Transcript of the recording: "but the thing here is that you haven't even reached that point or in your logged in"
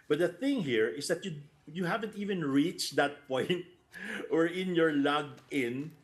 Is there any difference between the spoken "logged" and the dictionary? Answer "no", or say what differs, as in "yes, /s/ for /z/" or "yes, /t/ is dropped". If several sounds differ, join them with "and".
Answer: yes, /d/ is dropped